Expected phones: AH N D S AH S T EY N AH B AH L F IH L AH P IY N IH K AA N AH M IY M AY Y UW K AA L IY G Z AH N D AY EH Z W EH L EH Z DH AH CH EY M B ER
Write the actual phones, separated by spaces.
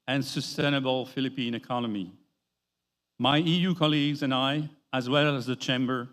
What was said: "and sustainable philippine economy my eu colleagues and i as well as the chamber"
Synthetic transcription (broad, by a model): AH N S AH S T EY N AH B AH L F IH L AH P IY N IH K AA N AH M IY M AY Y UW K AA L IY G Z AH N AY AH Z W EH L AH Z DH AH CH EY M B ER